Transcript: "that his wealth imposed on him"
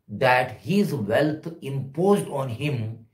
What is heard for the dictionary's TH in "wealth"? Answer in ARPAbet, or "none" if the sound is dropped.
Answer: T